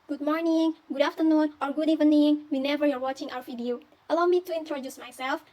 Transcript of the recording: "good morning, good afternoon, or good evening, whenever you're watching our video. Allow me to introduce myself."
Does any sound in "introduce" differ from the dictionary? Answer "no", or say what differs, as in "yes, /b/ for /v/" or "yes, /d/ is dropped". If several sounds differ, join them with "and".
no